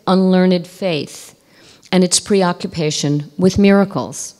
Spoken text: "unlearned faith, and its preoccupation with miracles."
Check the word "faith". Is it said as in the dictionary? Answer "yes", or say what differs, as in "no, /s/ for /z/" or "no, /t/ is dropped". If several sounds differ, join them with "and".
yes